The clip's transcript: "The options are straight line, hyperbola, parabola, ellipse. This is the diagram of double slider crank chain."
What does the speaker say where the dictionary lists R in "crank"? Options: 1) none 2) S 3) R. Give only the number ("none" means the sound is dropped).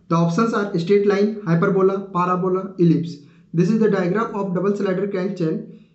1